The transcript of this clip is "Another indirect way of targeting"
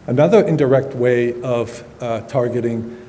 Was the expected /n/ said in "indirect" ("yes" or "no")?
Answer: yes